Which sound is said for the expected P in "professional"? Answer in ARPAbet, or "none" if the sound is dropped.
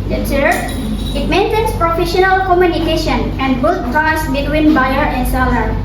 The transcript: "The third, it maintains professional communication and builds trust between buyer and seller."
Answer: P